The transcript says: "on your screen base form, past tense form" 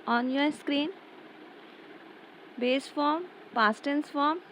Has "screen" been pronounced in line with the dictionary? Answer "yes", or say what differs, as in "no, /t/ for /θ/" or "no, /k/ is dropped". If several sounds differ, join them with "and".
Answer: yes